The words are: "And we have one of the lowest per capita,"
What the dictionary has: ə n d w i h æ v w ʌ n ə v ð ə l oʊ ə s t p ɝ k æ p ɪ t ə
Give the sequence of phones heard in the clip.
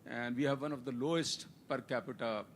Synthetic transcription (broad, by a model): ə n d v i h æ v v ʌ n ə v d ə l oʊ ə s t p ɝ k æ p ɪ t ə